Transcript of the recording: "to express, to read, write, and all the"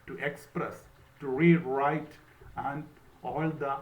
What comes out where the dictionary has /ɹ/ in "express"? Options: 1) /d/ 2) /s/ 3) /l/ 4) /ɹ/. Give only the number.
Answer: 4